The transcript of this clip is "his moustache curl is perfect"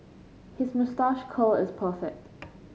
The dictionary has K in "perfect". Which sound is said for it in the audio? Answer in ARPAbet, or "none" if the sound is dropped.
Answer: none